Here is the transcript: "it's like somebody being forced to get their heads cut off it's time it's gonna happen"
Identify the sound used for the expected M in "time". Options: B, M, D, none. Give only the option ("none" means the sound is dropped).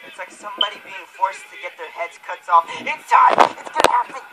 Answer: none